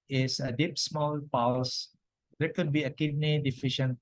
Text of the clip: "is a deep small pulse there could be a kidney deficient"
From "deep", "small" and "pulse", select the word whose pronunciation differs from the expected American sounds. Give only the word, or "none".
pulse